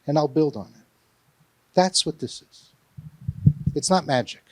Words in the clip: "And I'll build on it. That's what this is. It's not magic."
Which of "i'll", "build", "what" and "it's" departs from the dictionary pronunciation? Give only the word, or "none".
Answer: none